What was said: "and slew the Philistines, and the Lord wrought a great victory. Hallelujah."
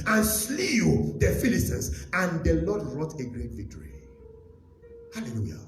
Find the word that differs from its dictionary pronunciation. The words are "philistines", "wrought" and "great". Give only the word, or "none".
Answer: philistines